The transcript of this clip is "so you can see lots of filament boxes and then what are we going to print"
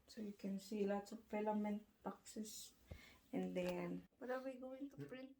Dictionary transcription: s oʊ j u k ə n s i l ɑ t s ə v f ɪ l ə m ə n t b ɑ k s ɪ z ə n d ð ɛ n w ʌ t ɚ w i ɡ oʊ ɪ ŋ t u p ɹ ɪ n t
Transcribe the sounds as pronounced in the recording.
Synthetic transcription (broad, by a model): s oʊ j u k ə n s i l ɑ t s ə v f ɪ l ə m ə n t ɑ k s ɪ s ə n d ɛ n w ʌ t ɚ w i ɡ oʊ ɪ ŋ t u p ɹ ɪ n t